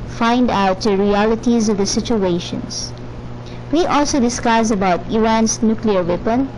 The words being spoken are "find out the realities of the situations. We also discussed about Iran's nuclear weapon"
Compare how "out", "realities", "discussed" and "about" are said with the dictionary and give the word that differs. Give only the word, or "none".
discussed